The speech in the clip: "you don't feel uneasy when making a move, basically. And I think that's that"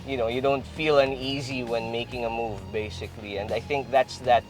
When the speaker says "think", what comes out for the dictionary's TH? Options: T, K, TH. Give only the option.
TH